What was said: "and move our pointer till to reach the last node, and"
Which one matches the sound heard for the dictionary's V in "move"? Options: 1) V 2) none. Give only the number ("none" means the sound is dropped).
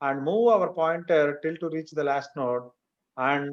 1